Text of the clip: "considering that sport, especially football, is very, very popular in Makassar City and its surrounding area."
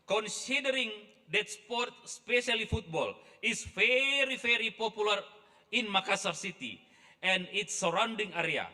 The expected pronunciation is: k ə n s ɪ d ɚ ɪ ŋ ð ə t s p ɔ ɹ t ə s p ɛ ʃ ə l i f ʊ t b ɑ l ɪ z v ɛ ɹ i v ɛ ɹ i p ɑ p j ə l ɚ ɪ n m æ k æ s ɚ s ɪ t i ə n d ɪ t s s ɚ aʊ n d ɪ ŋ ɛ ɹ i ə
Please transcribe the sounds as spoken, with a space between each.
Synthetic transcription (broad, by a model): k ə n s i d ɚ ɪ ŋ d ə t s p ɔ ɹ t s p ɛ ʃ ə l i f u t b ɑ l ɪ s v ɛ ɹ i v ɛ ɹ i p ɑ p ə l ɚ ɪ n m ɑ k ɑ s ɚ s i t i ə n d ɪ t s s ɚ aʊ n d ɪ ŋ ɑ ɹ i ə